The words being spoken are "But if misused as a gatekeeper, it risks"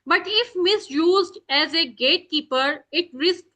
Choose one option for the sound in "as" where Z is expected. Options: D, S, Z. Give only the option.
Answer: Z